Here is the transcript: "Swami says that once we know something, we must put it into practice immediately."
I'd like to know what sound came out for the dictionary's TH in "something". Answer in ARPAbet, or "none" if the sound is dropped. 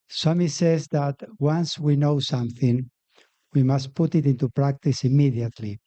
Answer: TH